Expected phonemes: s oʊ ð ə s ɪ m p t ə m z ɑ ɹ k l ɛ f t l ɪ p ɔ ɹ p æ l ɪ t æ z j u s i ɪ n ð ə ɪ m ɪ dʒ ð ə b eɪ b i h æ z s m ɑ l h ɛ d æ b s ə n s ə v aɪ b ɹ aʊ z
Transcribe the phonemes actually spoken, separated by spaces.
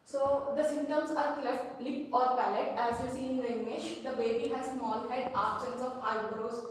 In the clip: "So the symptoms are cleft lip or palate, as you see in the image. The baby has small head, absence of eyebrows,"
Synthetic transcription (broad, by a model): s oʊ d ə s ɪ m t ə m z ɑ ɹ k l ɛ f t l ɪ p ɔ ɹ p æ l ɪ t æ z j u s i ɪ n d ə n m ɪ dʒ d ə b eɪ b i h æ z s m ɑ l h ɛ d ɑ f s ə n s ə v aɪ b ɹ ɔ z